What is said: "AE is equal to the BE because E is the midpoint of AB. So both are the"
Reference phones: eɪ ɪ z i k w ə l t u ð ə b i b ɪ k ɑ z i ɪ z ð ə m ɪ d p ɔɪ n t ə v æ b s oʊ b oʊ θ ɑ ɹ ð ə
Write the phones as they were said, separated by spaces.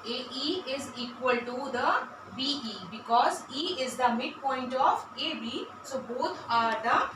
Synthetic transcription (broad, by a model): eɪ ɪ z i k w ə l t u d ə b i b ɪ k ɑ z i ɪ z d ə m ɪ d p ɔɪ n t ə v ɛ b s oʊ b oʊ t ɑ ɹ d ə